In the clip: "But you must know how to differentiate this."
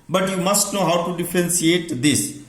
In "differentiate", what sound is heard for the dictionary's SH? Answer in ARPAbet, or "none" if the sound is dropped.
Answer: S